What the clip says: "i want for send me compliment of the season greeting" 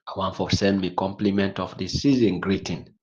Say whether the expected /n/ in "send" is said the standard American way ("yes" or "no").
yes